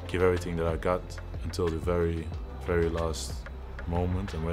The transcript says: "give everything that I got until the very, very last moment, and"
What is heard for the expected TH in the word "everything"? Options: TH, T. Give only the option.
TH